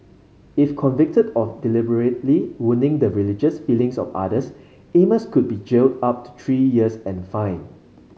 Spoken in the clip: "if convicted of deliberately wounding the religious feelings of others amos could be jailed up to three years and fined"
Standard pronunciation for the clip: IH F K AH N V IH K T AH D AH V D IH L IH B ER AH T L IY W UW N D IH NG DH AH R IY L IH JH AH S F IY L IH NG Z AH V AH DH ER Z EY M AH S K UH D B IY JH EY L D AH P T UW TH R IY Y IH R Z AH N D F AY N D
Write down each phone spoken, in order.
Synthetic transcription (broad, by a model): IH F K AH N V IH K T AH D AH F D IH L IH B ER AH T L IY W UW N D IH NG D AH R IY L IH JH AH S F IY L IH NG S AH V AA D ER S EY M AH S K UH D B IY JH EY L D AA P T UW T R IY Y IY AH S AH N F AY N